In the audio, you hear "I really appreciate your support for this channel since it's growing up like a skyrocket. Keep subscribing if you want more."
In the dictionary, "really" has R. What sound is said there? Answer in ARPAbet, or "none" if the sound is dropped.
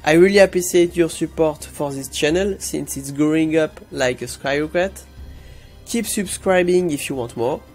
R